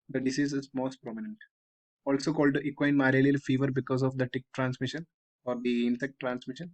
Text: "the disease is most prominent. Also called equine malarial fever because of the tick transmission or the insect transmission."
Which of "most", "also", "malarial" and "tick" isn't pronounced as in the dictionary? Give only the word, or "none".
malarial